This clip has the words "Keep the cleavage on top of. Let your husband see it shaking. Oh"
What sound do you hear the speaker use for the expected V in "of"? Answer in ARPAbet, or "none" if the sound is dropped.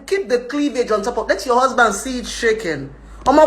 P